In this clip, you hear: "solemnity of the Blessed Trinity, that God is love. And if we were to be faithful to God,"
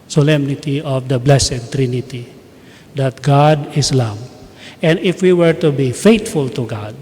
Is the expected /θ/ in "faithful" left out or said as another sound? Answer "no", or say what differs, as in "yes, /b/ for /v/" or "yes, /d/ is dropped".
yes, /t/ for /θ/